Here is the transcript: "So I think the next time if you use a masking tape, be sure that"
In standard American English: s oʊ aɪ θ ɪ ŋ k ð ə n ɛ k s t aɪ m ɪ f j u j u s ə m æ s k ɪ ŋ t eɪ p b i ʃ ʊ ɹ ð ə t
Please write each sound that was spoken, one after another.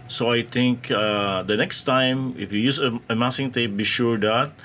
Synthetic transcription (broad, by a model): s oʊ aɪ t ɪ ŋ k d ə n ɛ k s t aɪ m ɪ f j u j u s ə m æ s ɪ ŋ t eɪ p b i ʃ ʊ ɹ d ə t